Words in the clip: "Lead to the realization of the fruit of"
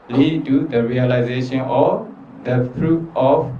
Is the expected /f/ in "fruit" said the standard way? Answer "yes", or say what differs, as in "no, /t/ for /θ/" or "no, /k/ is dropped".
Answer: no, /p/ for /f/